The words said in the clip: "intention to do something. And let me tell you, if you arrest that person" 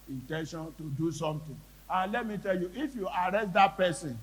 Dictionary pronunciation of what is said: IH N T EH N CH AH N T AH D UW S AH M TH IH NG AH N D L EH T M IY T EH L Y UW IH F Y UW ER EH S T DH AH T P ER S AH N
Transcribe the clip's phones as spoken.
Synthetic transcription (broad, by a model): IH N T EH N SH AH N T AH D UW S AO M T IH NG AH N L EH T M IY T EH L Y UW IH F Y UW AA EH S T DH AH T P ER S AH N